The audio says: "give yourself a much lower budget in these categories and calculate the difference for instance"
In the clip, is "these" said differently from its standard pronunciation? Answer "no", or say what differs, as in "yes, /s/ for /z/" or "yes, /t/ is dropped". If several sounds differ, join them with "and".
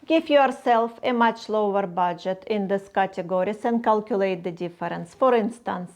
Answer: yes, /s/ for /z/